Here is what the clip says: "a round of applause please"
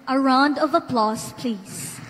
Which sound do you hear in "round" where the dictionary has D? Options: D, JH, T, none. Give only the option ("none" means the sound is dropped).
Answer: D